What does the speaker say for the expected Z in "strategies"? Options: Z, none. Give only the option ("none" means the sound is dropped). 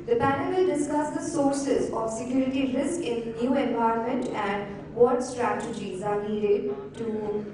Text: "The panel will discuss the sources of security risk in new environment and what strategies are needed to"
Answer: Z